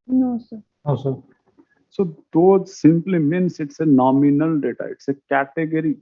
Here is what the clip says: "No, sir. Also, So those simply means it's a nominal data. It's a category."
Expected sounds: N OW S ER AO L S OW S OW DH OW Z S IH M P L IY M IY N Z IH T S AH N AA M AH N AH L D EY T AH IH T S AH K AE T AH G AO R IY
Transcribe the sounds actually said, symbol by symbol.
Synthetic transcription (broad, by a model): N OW S ER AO S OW S OW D OW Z S IH M P L IY M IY N S IH T S AH N AA M AH N AH L D EY T AH IH T S AH K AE T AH G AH R IY